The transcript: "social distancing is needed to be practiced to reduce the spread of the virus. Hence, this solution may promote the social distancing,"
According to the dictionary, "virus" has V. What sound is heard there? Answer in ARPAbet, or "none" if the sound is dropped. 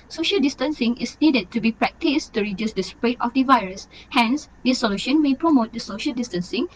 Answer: V